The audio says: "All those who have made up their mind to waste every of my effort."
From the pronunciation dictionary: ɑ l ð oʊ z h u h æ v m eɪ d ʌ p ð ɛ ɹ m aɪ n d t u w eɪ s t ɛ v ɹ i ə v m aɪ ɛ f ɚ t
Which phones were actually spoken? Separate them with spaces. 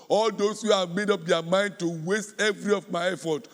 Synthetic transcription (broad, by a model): ɑ l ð oʊ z h u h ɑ v m eɪ d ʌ p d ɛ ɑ m aɪ n d t u w eɪ s t ɛ v ɹ i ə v m aɪ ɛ f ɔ t